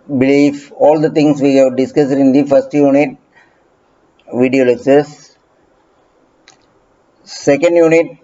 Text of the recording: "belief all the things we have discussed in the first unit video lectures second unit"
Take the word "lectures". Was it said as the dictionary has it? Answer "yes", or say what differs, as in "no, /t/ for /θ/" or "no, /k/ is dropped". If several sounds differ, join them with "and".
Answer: no, /s/ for /tʃ/